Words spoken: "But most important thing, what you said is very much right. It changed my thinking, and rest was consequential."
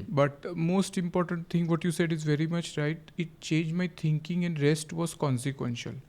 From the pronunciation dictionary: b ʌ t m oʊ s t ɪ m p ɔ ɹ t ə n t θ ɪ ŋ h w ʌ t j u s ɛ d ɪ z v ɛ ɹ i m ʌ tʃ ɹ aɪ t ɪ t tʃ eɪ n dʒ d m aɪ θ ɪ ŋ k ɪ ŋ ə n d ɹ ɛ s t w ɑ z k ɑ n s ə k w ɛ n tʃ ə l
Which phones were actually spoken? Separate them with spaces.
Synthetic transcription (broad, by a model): b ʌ t m oʊ s t ɪ m p ɔ ɹ t ə n t t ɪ ŋ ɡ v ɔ t j u s ɛ d ɪ z v ɛ ɹ i m ʌ tʃ ɹ aɪ t ɪ t tʃ eɪ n dʒ m aɪ t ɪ ŋ k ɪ ŋ ə n d ɹ ɛ s t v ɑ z k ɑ n s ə k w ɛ n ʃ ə l